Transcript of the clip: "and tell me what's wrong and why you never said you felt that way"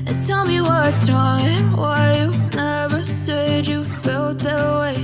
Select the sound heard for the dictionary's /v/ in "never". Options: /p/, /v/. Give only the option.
/v/